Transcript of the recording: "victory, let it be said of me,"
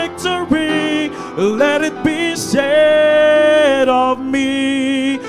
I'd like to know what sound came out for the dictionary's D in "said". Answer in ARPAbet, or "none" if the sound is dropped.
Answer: D